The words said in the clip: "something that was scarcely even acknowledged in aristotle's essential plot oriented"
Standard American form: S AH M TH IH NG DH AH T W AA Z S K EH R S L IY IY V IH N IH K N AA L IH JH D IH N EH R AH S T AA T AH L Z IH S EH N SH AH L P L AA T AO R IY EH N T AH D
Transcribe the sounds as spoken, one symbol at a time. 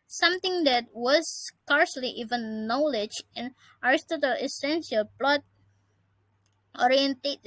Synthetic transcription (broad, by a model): S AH M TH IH NG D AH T W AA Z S K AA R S L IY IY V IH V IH N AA L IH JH IH N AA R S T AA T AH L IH S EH N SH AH L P L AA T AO R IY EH N T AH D